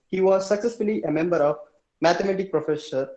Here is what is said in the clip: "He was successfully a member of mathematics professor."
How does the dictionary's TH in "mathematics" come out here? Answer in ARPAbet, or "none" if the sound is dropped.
T